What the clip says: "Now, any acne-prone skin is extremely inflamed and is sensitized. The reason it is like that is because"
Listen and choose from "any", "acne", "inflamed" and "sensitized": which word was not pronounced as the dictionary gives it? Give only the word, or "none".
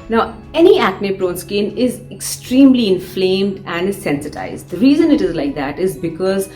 none